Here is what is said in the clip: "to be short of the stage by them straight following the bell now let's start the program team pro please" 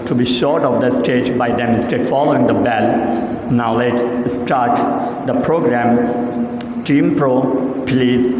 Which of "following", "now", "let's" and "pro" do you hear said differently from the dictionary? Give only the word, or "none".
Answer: none